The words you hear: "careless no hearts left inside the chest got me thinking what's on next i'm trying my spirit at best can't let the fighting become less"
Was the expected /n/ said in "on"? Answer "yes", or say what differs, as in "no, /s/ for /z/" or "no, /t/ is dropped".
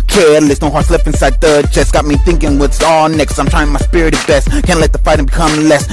no, /l/ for /n/